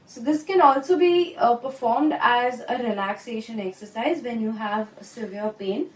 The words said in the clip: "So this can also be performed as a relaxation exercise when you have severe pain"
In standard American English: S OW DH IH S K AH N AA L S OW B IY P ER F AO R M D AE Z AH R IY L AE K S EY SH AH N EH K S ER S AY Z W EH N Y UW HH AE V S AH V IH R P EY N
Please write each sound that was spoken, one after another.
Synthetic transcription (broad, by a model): S OW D IH S K AH N AA L S OW B IY P ER F AO R M D AE Z AH R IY L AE K S EY SH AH N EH K S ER S AY Z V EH N Y UW HH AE V S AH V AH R P EY N